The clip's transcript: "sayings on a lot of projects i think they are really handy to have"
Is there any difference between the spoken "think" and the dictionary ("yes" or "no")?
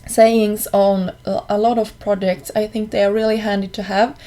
no